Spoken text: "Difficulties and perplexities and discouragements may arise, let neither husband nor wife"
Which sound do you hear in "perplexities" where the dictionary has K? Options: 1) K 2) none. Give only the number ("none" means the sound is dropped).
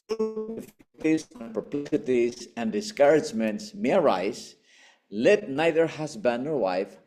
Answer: 2